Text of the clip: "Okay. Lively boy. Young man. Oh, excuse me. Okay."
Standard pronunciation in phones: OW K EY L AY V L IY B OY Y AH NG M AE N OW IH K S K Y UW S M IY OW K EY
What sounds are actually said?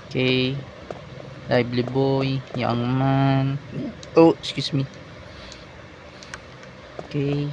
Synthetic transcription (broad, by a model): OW K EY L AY B L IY B OY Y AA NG M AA N OW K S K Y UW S M IY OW K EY